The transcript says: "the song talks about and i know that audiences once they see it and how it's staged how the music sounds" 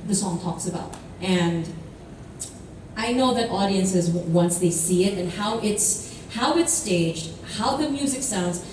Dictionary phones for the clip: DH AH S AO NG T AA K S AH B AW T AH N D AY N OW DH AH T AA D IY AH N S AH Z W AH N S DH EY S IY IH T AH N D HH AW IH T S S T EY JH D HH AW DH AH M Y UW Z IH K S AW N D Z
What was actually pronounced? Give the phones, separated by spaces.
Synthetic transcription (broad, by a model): DH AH S AO NG T AA K S AH B AW T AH N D AY N OW DH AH T AA D IY AH N S AH Z W AH N S DH EY S IY IH T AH N HH AW IH T S S T EY JH D HH AW DH AH M Y UW Z IH K S AW N D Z